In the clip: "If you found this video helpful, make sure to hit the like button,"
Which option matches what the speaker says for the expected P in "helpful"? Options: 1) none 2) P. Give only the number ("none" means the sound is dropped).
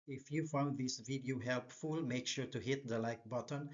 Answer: 2